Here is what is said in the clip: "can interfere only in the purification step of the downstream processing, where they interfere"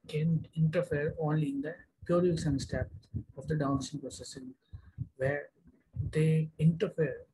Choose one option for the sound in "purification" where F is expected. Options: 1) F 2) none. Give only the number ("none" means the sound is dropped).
2